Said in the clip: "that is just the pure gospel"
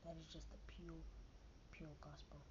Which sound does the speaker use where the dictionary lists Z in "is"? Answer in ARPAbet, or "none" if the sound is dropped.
Z